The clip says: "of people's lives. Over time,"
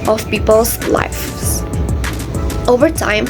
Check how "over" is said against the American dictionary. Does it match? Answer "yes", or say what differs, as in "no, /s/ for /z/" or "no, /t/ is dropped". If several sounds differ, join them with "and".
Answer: yes